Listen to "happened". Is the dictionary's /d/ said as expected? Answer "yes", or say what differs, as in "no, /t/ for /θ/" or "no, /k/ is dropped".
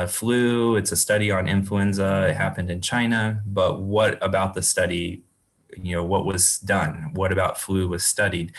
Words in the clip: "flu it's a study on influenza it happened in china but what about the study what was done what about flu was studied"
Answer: yes